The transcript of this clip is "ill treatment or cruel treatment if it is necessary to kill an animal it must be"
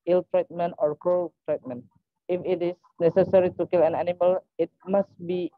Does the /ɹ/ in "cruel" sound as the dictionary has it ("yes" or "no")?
no